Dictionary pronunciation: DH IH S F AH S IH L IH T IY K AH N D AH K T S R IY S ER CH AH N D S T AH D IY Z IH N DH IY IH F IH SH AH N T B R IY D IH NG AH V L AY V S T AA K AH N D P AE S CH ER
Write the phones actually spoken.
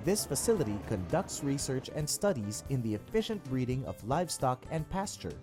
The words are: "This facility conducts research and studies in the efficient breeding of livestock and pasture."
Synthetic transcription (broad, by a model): DH IH S F AH S IH L IH T IY K AH N D AH K T S R IY S ER CH AH N D S T AH D IY Z IH N DH IY IH F IH SH AH N T B R IY D IH NG AH V L AY V S T AA K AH N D P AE S CH ER